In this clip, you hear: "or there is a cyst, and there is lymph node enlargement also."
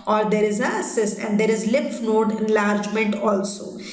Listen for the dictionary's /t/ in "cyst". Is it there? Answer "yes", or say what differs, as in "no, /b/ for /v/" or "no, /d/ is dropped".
no, /t/ is dropped